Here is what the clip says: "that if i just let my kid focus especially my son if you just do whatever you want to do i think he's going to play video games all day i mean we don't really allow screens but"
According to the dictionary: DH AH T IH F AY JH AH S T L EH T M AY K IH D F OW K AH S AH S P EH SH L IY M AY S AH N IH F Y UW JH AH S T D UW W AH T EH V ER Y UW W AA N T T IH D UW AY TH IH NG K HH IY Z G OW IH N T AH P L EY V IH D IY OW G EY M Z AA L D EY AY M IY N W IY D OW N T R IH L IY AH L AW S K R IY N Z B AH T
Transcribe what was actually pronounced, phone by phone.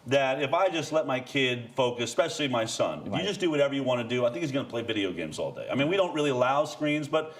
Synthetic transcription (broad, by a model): DH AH T IH F AY JH AH S T L EH T M AY K IH D F OW AH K AH S P EH SH L IY M AY S AH N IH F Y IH JH AH S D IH W AH T EH V ER Y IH W AA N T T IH D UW AY TH IH NG K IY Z G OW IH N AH P L EY V IH D IY OW G EY M Z AA L D EY AY M IY N W IY D OW N T R IH L IY AH L AW S K R IY N Z B AH T